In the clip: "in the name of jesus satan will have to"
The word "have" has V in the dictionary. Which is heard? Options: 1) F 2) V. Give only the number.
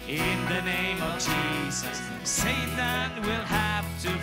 1